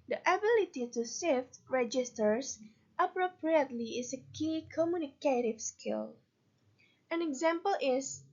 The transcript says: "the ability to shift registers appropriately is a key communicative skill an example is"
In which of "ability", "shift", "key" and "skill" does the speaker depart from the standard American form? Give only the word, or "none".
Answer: shift